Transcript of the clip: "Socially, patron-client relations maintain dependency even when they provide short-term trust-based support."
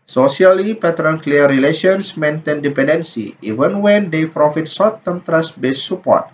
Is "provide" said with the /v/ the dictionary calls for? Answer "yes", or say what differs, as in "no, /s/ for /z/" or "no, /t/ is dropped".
no, /f/ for /v/